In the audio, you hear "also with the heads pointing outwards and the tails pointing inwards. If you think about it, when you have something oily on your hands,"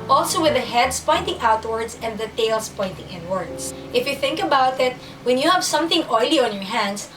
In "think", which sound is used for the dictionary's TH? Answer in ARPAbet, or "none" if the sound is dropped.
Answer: TH